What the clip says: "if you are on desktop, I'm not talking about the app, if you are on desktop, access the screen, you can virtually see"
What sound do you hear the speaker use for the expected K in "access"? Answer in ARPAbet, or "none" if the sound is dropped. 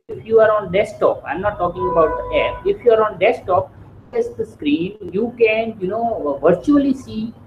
none